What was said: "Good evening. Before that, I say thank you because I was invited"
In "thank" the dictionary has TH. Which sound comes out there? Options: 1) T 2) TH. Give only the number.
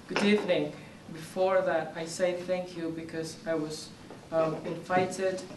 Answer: 2